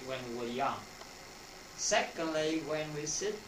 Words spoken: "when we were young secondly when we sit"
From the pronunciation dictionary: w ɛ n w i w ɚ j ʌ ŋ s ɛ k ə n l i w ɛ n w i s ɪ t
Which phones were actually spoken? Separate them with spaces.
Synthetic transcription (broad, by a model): w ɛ n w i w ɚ j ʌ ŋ s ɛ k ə l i w ɛ n w i s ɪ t